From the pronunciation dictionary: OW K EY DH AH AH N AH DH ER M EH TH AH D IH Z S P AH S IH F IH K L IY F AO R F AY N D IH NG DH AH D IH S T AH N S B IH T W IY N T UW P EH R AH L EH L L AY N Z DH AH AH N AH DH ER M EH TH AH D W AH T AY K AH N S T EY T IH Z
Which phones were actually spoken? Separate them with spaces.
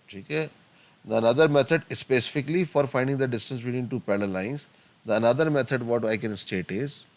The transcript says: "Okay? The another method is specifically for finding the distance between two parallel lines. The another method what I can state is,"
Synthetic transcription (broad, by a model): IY K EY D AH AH N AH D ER M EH T AH D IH S P AH S IH F IH K L IY F AO R F AY N D IH NG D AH D IH S T AH N S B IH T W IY N T UW P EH L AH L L L AY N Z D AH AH N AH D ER M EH T AH D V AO T AY K AH N S T EY T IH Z